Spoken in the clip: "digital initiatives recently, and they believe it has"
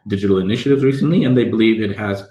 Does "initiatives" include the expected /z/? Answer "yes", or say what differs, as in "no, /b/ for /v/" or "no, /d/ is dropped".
yes